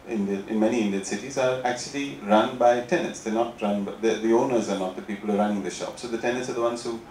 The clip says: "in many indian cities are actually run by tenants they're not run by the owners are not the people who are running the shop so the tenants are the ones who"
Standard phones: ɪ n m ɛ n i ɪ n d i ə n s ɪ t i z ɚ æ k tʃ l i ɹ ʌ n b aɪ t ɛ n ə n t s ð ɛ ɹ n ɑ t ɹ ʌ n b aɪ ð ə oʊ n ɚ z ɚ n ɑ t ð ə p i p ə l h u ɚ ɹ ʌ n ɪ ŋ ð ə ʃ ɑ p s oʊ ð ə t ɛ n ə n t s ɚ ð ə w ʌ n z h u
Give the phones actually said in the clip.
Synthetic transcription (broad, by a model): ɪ n m ɛ n i ɪ n d i ə n s ɪ t i z ɚ æ k tʃ l i ɹ ʌ n b aɪ t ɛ n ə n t s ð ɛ n ɑ t ɹ ʌ n b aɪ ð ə oʊ n ɚ z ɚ n ɑ t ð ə p i p ə l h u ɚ ɹ ʌ n ɪ ŋ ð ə ʃ ɑ p s oʊ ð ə t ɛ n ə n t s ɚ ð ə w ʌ n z h u